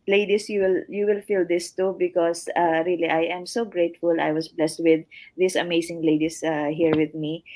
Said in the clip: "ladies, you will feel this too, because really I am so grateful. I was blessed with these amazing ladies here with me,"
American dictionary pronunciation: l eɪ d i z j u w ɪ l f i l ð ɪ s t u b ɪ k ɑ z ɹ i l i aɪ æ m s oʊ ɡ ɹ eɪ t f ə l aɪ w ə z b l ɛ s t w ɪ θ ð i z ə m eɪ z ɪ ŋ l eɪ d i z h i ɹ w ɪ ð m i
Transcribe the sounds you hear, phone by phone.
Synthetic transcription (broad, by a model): l eɪ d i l j u w ɪ l f i l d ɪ s t u b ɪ k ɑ s ɹ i l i aɪ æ m s oʊ ɡ ɹ eɪ t f ə l aɪ w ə s b l ɛ s t w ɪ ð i s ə m eɪ s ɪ ŋ l eɪ d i s h i ɹ w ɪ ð m i